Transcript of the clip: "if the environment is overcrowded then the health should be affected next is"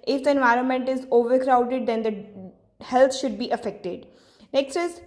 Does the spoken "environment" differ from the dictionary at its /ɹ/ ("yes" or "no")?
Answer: no